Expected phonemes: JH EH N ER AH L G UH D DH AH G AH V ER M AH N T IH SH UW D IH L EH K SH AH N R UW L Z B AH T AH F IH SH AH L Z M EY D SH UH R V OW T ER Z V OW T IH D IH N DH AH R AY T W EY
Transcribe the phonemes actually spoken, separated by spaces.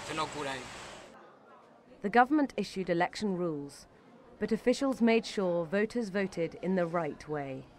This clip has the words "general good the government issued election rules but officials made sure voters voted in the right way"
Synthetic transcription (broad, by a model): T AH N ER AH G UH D DH AH G AH V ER M AH N T IH SH UW D IH L EH K SH AH N R UW L Z B AH T AH F IH SH AH L Z M EY D SH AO V OW T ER Z V OW T IH D IH N DH AH R AY T W EY